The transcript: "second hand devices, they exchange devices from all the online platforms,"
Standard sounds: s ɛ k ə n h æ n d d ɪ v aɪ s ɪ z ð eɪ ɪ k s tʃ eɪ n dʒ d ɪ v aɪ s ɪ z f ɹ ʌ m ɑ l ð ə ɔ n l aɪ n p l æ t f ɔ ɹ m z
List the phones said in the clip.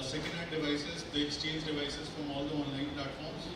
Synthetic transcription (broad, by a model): s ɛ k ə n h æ d d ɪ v aɪ s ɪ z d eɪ ɪ k s tʃ eɪ n dʒ d ɪ v aɪ s ɪ z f ɹ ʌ m ɑ l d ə ɔ n l aɪ n p l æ t f ɔ ɹ m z